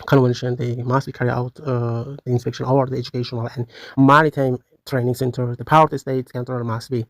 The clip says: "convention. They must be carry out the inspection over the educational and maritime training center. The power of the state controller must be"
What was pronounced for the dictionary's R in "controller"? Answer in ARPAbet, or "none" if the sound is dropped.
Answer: none